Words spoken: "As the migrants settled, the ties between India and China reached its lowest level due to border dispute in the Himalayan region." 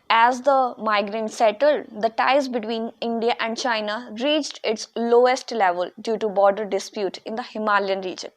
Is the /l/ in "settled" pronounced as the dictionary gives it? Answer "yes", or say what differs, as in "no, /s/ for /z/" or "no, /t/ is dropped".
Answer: yes